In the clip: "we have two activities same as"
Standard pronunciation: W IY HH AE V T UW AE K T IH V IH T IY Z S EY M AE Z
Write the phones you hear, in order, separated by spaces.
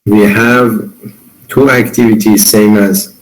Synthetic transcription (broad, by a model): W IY HH AE V T UW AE K T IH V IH T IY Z S EY M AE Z